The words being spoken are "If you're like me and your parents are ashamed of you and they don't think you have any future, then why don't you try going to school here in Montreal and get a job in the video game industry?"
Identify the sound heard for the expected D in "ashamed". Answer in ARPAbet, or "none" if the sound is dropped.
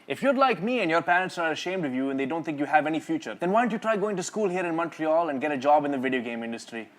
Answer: D